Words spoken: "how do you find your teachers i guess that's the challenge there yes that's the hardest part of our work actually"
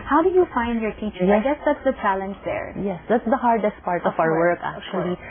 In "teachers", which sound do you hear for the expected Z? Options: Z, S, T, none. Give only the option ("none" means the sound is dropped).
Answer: none